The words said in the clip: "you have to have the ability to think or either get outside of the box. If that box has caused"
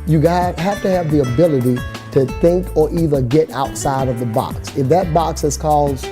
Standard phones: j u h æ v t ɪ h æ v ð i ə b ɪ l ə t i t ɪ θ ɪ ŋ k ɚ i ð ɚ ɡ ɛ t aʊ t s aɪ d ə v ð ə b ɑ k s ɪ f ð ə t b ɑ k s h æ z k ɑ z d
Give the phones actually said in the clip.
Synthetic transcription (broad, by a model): j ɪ h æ f t ɪ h v ð i ə b ɪ l ə t i t ɪ θ ɪ ŋ k ɚ i ð ɚ ɡ ɛ t aʊ t s aɪ d ə v ð ə b ɑ k s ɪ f ð ə t b ɑ k s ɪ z k ɑ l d